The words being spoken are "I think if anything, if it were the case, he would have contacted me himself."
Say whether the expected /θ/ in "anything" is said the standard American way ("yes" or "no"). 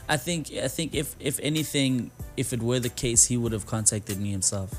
yes